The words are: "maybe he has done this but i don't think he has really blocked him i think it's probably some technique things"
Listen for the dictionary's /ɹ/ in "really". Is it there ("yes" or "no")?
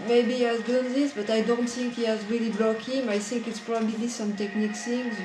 yes